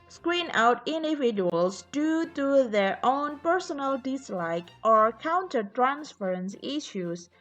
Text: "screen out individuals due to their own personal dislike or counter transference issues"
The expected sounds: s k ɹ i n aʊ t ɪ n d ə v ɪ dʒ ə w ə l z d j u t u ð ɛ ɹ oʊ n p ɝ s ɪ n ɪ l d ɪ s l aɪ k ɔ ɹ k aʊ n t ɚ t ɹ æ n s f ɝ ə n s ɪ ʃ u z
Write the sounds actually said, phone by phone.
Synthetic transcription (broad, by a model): s k ɹ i n aʊ t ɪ n d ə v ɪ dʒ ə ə l s d j u t u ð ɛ ɹ oʊ n p ɝ s ɪ n ɪ l d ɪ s l aɪ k ɔ ɹ k aʊ n t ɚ t ɹ æ n s f ɝ ə n s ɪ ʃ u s